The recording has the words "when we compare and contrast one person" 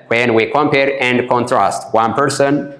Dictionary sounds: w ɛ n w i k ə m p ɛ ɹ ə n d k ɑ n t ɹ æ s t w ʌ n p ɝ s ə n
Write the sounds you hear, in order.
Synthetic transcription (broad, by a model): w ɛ n w i k ə m p ɛ ɹ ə n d k ɑ n t ɹ æ s t w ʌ n p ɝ s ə n